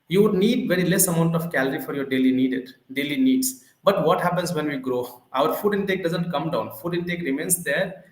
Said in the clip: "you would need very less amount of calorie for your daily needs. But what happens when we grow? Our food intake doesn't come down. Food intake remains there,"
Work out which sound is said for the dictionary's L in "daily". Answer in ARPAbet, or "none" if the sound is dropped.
L